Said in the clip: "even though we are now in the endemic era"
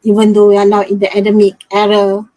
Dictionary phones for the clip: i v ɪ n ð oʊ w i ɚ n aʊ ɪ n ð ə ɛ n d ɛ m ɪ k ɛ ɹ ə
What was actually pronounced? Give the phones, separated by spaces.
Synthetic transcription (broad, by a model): i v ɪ n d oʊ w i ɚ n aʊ ɪ n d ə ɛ d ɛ m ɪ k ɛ ɹ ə